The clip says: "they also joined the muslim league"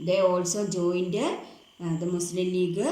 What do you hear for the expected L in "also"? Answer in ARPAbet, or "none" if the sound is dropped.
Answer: L